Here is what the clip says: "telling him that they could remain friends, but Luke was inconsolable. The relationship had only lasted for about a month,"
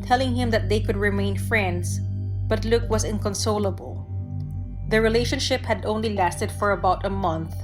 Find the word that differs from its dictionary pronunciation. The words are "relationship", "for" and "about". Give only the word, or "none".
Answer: none